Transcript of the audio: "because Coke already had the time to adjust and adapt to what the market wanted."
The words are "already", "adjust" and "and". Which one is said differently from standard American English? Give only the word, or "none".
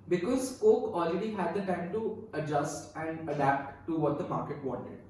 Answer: none